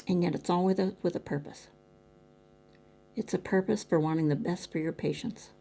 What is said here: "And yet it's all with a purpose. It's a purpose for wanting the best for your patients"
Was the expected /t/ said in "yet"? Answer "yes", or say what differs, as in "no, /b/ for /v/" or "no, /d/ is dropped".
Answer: yes